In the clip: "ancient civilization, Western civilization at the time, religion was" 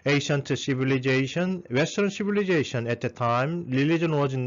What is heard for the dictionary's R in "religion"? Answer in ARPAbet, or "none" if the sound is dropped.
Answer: L